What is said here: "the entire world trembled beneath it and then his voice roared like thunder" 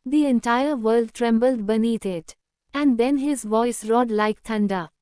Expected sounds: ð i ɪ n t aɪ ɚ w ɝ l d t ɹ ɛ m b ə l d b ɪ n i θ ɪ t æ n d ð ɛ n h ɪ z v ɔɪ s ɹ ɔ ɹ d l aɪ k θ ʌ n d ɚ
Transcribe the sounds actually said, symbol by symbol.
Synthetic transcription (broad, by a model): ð i ɪ n t aɪ ɚ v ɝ l d t ɹ ɛ m b ə l d b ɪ n i t ɪ t æ n d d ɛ n h ɪ z v ɔɪ s ɹ ɔ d l aɪ k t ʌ n d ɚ